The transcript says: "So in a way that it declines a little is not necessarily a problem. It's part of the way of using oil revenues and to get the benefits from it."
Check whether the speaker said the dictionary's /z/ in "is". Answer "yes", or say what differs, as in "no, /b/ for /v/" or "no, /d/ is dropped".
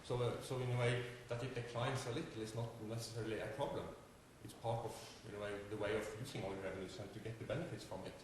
no, /s/ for /z/